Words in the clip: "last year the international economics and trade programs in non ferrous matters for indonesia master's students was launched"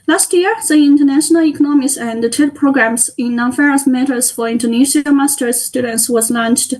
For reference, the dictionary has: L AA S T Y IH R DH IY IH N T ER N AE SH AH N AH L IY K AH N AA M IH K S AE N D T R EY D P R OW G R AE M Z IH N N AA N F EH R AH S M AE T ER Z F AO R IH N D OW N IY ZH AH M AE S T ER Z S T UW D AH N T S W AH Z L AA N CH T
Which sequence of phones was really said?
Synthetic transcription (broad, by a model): L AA S T Y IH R DH IY IH N T ER N AE SH AH N AH L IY K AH N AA M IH S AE N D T EY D P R OW G R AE M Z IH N N AA N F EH R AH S M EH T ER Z F AO R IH N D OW N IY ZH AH M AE S T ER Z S T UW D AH N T S W AH Z L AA N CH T